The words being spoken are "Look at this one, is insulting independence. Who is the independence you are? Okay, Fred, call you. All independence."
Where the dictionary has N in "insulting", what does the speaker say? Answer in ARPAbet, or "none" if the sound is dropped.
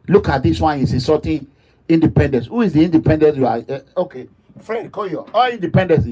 none